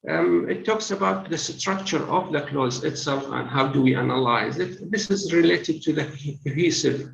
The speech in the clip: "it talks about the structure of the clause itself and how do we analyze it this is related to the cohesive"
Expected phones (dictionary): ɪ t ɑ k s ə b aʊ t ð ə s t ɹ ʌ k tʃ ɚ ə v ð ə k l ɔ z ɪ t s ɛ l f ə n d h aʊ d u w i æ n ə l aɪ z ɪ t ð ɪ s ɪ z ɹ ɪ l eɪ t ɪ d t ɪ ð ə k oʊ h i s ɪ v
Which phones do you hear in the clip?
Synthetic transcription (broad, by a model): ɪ t ɑ k s ə b aʊ t ð ə s t ɹ ʌ k tʃ ɚ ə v ð ə k l ɔ z ɪ t s ɛ l f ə n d h aʊ d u w i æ n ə l aɪ z ɪ t ð ɪ s ɪ z ɹ ɪ l eɪ t ɪ d t ɪ ð ə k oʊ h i s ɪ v